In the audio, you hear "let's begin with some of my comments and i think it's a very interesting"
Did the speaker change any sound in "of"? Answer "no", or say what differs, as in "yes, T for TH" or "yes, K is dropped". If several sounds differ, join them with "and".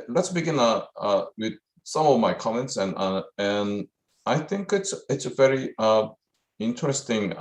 no